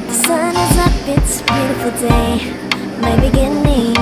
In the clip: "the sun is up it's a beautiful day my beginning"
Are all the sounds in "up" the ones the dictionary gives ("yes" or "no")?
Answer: no